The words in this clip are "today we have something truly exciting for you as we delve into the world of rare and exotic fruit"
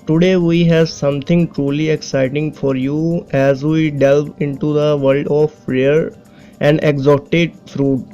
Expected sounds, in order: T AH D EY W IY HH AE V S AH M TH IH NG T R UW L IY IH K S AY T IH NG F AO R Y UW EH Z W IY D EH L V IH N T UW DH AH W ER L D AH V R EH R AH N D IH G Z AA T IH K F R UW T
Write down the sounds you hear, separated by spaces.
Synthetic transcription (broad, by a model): T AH D EY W IY HH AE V S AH M T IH NG T R UW L IY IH K S AY T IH NG F AO R Y UW EH Z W IY D EH L V IH N T UW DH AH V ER L D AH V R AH R AH N D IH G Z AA T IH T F R UW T